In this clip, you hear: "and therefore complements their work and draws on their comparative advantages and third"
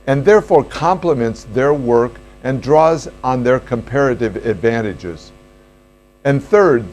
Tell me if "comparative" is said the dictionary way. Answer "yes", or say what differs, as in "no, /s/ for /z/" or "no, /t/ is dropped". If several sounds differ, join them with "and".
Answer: yes